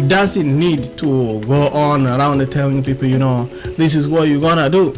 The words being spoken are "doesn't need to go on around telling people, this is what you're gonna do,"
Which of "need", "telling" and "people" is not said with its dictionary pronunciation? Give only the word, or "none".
people